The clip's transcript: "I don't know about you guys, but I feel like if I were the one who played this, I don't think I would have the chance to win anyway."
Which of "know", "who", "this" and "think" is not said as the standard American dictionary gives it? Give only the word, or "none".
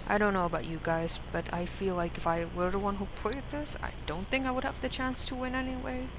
none